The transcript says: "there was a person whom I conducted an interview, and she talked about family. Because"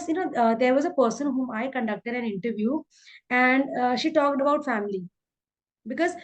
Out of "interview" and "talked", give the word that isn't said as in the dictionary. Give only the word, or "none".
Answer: none